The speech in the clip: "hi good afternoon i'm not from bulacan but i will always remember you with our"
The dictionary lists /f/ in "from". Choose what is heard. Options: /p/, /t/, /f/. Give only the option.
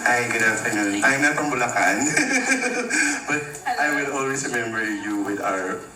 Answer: /p/